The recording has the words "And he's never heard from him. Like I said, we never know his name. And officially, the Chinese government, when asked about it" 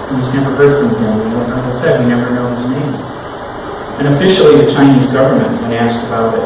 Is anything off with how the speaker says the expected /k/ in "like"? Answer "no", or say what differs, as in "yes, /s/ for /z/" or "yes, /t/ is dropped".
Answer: yes, /k/ is dropped